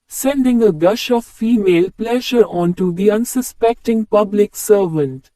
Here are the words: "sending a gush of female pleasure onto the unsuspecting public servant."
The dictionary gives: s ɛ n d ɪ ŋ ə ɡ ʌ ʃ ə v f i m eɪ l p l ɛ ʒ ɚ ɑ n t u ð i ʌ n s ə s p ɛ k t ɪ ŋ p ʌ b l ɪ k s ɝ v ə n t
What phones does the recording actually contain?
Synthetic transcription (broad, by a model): s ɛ n d ɪ ŋ ə ɡ ʌ ʃ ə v f i m eɪ l p l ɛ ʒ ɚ ɑ n t u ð i ʌ n s ə s p ɛ k t ɪ ŋ p ʌ b l ɪ k s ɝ v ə n t